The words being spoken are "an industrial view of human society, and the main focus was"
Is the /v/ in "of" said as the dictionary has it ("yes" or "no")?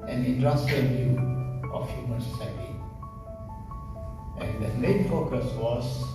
no